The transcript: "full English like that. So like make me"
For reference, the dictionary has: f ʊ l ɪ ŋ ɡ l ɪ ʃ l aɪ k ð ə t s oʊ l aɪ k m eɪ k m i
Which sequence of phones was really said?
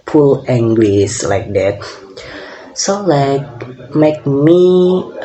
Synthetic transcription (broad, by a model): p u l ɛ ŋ ɡ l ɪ s l aɪ k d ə t s oʊ l aɪ k m eɪ k m i